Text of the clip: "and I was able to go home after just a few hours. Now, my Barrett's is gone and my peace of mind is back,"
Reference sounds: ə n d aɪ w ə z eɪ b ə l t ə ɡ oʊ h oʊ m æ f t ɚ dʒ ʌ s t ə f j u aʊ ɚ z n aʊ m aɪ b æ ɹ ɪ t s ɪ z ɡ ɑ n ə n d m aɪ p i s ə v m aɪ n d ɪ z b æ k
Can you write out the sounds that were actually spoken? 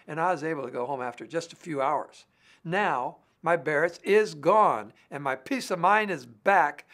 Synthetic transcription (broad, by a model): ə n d aɪ w ə z eɪ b l t ə ɡ oʊ h oʊ m æ f t ɚ dʒ ʌ s t ə f j u aʊ ɚ z n aʊ m aɪ b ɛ ɹ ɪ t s ɪ z ɡ ɑ n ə n m aɪ p i s ə v m aɪ n ɪ z b æ k